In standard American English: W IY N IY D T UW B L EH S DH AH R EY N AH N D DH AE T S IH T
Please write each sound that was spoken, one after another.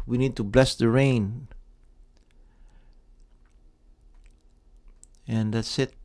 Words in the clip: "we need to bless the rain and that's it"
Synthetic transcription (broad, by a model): W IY N IY D T UW B L EH S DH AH R EY N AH N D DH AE T S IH T